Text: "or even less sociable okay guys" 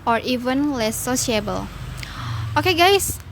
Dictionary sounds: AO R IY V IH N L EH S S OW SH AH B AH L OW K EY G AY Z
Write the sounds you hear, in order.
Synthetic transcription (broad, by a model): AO R IY V IH N L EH S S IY AH B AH L OW K EY G AY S